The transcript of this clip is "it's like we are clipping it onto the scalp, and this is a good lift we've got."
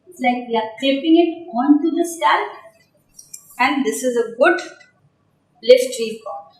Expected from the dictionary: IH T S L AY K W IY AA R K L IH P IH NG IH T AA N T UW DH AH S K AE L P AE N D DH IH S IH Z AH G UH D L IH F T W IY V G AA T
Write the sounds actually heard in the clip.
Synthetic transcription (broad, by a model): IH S L AY K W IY AA R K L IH P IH NG IH T AA N T UW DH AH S AE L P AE N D IH S IH Z AH G UH D L IH F T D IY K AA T